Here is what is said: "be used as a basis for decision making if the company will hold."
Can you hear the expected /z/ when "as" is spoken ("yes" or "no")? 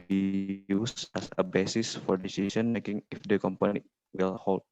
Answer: no